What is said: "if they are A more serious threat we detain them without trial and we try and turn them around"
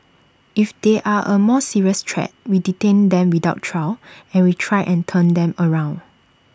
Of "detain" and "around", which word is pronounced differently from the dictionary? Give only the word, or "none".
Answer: none